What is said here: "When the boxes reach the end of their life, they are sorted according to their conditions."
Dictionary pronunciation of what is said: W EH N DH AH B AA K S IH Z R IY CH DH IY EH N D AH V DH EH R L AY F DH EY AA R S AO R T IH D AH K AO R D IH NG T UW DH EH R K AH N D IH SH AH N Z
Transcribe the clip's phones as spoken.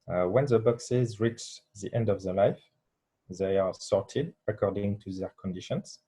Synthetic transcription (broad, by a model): W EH N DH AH B AA K S IH Z R IY CH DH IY EH N D AH V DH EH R L AY F DH EY AA R S AO R T IH D AH K AO R D IH NG T UW DH EH R K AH N D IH SH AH N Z